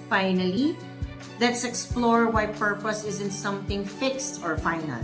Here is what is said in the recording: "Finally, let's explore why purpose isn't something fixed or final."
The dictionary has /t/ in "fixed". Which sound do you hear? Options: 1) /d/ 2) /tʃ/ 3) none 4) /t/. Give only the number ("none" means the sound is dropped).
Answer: 4